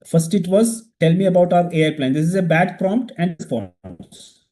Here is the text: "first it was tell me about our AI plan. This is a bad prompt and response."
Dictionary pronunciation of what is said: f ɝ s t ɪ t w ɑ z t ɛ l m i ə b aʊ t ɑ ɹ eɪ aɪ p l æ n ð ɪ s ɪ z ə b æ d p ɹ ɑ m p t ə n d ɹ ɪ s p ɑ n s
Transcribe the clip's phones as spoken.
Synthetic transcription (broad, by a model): f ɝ s t ɪ t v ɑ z t ɛ l m i ə b aʊ t ɑ ɹ eɪ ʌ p l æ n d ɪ s ɪ z ə b æ d p ɹ ɑ m p t ə n d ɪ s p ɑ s